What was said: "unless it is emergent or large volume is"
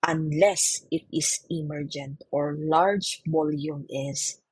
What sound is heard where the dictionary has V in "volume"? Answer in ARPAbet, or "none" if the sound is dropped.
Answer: B